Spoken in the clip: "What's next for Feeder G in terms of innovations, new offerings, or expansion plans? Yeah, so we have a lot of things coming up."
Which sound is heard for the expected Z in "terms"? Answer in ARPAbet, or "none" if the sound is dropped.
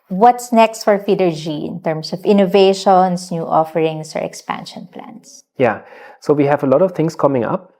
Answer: S